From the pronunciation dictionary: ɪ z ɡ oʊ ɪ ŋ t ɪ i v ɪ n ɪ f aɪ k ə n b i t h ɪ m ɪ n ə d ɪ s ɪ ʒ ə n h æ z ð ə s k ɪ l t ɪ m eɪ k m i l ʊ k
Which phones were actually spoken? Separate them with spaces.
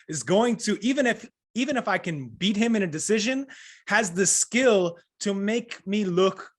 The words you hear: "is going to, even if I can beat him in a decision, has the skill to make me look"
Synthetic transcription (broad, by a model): ɪ z ɡ oʊ ɪ ŋ t ɪ i v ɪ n ɪ f aɪ k ə n b i t h ɪ m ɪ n ə d ɪ s ɪ ʒ ə n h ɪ z ð ə s k ɪ l t ɪ m eɪ k m i l ʊ k